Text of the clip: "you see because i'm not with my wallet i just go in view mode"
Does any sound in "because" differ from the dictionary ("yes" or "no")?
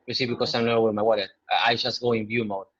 yes